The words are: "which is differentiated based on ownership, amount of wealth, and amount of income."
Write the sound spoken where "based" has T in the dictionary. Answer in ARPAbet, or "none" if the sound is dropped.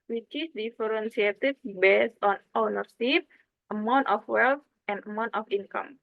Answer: none